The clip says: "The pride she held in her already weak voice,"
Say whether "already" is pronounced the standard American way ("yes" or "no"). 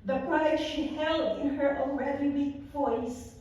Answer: no